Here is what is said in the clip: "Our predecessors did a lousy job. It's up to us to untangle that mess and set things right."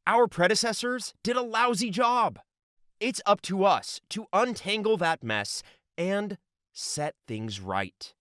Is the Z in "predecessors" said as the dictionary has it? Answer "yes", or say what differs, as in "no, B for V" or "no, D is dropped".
yes